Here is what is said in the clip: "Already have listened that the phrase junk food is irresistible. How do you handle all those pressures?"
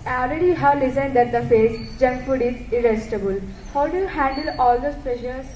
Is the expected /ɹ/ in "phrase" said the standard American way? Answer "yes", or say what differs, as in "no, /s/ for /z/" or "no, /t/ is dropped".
no, /ɹ/ is dropped